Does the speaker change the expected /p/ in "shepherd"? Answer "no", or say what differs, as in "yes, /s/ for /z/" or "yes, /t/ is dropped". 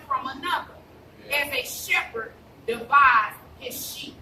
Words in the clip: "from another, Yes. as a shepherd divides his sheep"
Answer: no